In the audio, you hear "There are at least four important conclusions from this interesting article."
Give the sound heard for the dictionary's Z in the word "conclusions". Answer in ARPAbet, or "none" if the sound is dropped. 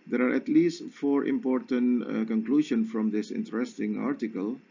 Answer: none